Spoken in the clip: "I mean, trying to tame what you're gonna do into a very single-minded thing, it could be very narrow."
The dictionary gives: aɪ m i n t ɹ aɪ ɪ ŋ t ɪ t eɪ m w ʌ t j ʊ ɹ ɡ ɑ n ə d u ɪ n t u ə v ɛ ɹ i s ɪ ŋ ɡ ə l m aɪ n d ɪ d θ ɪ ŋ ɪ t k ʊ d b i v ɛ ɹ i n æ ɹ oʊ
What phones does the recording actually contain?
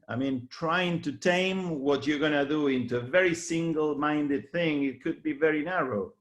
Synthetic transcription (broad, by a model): aɪ m i n t ɹ aɪ ɪ ŋ t ɪ t eɪ m w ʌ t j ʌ ɹ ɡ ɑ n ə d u ɪ n t u ə v ɛ ɹ i s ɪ ŋ ɡ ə l m aɪ n d ɪ d θ ɪ ŋ ɪ t k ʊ d b i v ɛ ɹ i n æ ɹ oʊ